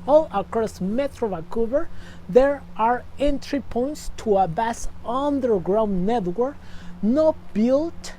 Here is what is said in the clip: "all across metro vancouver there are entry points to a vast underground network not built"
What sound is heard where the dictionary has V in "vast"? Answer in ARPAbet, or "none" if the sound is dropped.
B